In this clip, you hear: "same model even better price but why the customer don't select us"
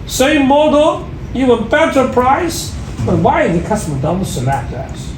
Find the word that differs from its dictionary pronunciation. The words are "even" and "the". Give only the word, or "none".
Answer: even